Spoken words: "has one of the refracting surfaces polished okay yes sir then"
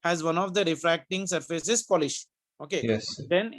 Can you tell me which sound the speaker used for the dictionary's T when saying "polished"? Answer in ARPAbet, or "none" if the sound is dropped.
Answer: none